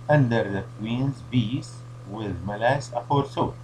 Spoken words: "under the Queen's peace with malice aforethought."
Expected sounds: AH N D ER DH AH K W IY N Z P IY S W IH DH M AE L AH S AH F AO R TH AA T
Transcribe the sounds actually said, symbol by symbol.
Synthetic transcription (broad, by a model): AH N D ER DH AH K W IY N Z B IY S W IH DH M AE L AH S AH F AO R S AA